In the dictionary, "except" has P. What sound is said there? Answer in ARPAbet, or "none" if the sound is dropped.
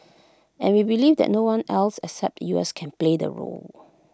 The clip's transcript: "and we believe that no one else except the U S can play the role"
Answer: P